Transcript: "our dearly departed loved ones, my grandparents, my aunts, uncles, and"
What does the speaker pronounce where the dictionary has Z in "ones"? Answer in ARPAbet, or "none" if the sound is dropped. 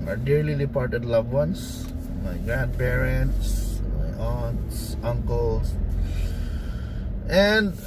S